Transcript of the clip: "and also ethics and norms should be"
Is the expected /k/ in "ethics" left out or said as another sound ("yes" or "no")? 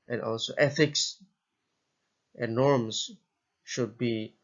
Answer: no